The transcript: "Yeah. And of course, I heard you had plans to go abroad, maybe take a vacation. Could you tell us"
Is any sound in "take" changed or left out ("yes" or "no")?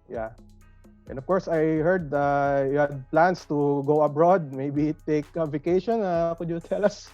no